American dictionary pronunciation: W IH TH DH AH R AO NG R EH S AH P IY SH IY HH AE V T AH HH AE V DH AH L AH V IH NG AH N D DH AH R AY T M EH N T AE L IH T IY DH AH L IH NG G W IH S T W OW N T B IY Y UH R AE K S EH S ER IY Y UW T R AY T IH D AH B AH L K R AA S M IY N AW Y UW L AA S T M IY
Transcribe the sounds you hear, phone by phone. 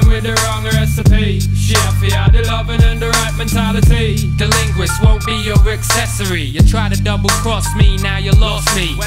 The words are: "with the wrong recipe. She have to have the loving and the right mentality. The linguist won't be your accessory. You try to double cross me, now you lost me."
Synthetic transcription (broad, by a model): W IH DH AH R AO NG R EH S AH P IY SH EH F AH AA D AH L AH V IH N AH N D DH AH R AY T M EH N T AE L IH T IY DH AH L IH NG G W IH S W OW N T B IY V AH R AE K S EH S ER IY Y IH T R AY T IH D AH B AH L K R AA S M IY N AW Y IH L AA S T M IY